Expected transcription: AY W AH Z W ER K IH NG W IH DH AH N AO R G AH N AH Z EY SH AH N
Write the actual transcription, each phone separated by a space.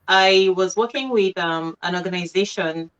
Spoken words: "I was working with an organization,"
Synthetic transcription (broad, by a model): AY W AH Z W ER K IH NG W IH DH AH N AO R G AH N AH Z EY SH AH N